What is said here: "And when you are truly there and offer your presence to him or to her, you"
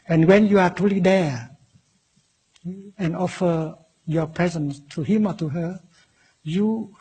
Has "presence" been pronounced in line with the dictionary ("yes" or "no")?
yes